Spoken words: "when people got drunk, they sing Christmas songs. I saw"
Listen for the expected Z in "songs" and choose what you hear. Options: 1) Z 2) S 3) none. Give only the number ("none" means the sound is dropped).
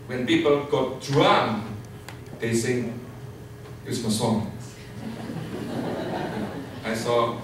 3